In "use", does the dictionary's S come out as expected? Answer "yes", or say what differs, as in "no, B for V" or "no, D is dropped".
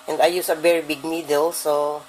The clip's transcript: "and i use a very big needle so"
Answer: yes